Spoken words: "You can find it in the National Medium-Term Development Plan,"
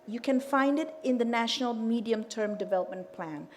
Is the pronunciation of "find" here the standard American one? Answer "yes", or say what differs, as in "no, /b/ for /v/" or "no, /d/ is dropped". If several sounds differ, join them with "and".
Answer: yes